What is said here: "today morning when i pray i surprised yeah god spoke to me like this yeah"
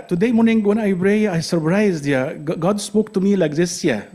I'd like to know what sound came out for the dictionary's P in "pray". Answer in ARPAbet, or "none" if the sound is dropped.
B